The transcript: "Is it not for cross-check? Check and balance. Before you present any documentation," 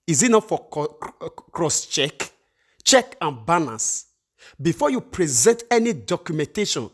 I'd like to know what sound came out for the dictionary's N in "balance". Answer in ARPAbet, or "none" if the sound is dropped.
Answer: none